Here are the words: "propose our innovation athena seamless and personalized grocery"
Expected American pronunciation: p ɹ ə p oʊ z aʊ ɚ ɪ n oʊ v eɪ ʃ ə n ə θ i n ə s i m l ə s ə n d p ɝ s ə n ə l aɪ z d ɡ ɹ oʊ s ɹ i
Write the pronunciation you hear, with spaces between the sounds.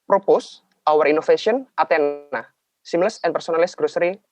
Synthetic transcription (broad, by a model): p ɹ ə p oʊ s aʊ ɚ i n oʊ f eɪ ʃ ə n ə t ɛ n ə s i m l ə s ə n p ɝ s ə n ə l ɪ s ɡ ɹ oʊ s ɹ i